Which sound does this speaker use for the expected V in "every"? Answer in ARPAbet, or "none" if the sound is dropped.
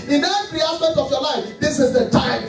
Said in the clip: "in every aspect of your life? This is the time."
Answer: none